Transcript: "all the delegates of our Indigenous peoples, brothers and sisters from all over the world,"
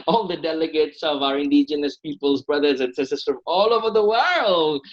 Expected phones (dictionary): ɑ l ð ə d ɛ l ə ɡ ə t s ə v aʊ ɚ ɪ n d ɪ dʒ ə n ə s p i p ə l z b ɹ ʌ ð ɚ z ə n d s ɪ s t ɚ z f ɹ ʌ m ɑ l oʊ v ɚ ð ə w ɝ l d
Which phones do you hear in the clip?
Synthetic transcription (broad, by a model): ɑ l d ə d ɛ l ə ɡ ə t s ə v aʊ ɚ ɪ n d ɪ dʒ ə n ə s p i p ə l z b ɹ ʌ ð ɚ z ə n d s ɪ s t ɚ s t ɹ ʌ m ɑ l oʊ v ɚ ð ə w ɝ l d